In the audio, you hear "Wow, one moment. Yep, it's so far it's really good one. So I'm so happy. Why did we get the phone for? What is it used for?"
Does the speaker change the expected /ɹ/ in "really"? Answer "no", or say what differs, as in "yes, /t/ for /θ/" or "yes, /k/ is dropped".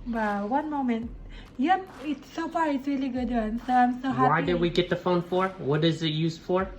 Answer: no